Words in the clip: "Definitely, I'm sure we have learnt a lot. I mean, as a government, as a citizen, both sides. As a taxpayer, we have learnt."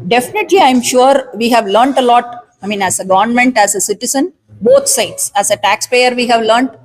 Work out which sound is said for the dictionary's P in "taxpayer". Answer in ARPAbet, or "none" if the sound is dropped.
P